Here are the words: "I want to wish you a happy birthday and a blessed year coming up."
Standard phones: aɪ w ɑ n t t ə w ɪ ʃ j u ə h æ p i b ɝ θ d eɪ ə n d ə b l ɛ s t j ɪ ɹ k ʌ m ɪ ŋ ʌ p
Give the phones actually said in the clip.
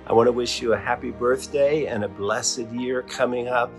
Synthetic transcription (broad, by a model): aɪ w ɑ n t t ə w ɪ ʃ j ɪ ə h æ p i b ɝ θ d eɪ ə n ə b l ɛ s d j ɪ ɹ k ʌ m ɪ ŋ ʌ p